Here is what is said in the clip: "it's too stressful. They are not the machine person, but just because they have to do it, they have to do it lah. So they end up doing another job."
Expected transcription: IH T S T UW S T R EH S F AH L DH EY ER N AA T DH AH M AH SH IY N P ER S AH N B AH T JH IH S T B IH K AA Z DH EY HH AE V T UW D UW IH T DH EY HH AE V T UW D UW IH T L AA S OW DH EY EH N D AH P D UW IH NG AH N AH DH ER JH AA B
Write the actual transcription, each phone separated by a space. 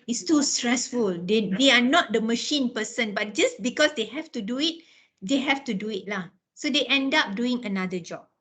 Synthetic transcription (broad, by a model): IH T S T UW S T R EH S F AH L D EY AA N AA T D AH M AH SH IY N P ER S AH N B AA T JH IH S B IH K AA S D EY HH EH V T UW D UW IH T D EY HH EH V T UW D UW IH T L AA S OW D EY EH N D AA P D UW IH NG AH N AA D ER JH AA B